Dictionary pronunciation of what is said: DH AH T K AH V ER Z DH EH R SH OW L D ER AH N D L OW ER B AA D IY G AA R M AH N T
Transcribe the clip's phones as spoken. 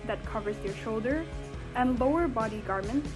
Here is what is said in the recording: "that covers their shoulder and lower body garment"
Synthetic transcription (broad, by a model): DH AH T K AH V ER Z DH EH R SH OW L D ER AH N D L OW ER B AA D IY G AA R M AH N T